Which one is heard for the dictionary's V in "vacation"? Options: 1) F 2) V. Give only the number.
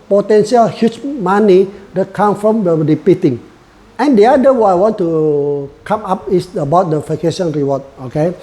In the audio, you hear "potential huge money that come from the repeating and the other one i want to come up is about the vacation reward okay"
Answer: 1